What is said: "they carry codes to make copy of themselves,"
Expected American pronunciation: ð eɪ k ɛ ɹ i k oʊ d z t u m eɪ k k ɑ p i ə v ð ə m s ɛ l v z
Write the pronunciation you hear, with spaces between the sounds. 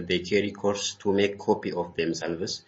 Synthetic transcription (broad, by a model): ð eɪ k ɛ ɹ i k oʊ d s t u m eɪ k k ɑ p i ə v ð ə m s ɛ l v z